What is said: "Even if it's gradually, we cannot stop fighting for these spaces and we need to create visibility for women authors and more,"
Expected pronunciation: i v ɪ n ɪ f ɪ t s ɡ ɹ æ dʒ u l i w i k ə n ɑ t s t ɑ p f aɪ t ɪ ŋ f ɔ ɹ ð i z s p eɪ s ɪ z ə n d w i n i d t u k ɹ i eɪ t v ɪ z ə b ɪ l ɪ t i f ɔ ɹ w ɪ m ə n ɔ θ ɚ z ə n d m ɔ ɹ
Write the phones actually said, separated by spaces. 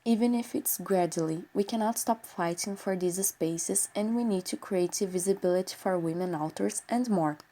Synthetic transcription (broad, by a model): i v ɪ n ɪ f ɪ t s ɡ ɹ æ dʒ u l i w i k ə n ɑ t s t ɑ p f aɪ t ɪ ŋ f ɔ ɹ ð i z s p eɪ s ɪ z ə n d w i n i d t u k ɹ i eɪ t v ɪ z ə b ɪ l ɪ t i f ɔ ɹ w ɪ m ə n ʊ t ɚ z ə n d m ɔ ɹ